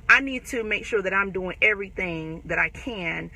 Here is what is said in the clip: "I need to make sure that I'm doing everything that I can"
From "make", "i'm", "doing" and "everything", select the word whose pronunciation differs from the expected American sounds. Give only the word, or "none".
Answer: none